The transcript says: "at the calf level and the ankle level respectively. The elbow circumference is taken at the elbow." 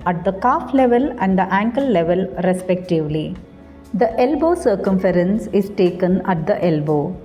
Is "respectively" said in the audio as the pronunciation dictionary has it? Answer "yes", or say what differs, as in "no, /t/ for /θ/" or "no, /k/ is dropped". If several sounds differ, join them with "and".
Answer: yes